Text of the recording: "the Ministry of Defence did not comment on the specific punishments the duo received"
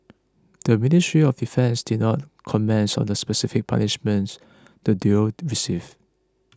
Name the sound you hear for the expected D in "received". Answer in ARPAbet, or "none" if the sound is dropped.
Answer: none